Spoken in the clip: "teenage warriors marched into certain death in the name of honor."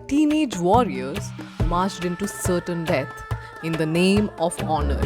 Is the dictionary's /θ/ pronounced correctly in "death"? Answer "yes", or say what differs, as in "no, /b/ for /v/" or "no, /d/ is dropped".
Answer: no, /t/ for /θ/